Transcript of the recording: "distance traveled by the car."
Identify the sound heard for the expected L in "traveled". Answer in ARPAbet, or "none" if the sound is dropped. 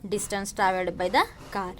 none